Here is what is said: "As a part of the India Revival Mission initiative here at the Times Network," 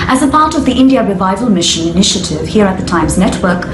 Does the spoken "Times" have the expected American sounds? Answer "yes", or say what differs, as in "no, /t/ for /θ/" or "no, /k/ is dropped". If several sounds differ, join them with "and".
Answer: yes